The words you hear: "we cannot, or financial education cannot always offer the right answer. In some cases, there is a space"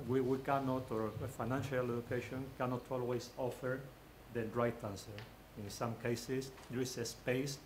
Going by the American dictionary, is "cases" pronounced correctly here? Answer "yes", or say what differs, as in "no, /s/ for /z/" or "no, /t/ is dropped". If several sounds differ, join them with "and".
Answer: no, /s/ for /z/